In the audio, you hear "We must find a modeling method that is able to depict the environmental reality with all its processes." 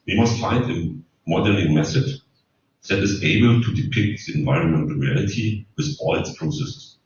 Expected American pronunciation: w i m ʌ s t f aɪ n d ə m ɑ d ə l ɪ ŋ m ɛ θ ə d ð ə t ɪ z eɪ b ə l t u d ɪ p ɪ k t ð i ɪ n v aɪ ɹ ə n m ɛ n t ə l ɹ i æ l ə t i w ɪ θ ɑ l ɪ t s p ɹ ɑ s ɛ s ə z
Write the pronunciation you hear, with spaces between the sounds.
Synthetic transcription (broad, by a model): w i m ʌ s t f aɪ n d ə m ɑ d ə n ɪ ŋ m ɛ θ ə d ð ə t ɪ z eɪ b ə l t u d ɪ p ɪ k t ð i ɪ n v aɪ ɹ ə n m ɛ n t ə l ɹ i æ l ə t i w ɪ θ ɑ l ɪ t s p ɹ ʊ s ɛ s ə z